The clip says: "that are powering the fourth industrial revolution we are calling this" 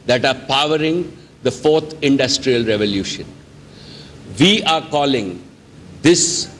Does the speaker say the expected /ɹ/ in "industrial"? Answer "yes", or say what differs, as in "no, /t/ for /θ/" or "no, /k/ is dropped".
yes